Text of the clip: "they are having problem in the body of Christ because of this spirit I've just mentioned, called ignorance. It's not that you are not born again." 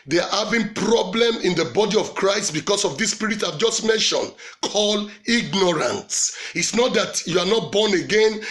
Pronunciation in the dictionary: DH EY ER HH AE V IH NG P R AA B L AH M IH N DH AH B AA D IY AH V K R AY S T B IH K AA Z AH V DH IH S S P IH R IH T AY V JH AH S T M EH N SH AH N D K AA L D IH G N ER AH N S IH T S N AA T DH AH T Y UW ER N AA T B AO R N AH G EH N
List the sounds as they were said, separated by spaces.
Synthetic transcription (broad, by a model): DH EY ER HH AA V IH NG P R AA B L AH M IH N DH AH B AA D IY AH V K R AY S T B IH K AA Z AH V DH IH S S P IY R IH T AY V JH AH S T M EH N SH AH N K AA L IH G N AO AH N S IH T S N AA T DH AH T Y UW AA N AA T B AO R N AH G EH N